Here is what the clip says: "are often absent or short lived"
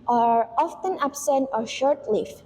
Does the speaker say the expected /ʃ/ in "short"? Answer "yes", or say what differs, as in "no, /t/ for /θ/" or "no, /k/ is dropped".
yes